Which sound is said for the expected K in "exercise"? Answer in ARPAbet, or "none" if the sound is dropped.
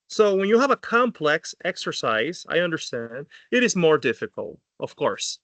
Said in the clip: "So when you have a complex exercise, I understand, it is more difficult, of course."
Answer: K